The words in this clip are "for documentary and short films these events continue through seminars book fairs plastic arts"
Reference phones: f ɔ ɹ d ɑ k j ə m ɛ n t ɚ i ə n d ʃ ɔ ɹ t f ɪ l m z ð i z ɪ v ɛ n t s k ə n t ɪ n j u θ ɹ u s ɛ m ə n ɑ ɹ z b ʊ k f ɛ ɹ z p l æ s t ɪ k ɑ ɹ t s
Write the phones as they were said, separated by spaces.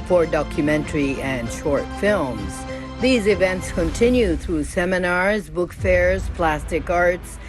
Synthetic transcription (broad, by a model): f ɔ ɹ d ɑ k j ə m ɛ n t ɚ i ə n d ʃ ɔ ɹ t f ɪ l m z ð i z ɪ v ɛ n t s k ə n t ɪ n j u θ ɹ u s ɛ m ə n ɑ ɹ z b ʊ k f ɛ ɹ z p l æ s t ɪ k ɑ ɹ t s